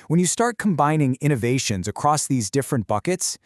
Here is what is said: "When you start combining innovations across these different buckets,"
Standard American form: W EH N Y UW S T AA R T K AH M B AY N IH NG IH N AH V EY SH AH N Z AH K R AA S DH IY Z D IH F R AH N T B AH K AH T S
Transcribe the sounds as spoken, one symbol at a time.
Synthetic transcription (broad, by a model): W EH N Y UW S T AA R T K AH M B AY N IH NG IH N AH V EY SH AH N Z AH K R AA S DH IY Z D IH F R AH N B AH K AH T S